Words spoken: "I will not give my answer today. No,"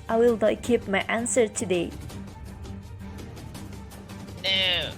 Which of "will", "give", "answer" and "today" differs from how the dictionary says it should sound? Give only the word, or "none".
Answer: give